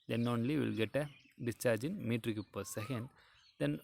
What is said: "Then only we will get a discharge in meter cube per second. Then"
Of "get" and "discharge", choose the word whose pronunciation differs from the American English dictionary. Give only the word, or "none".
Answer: none